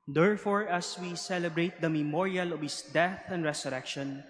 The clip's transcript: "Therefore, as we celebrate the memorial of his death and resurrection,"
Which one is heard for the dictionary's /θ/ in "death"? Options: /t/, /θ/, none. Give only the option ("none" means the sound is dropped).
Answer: /θ/